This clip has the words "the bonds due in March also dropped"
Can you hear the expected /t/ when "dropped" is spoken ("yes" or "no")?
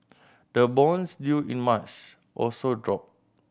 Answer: no